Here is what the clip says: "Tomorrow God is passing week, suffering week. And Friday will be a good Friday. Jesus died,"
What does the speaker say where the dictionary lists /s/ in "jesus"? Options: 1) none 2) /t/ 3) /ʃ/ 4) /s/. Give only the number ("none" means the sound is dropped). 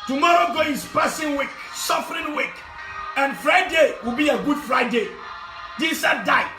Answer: 1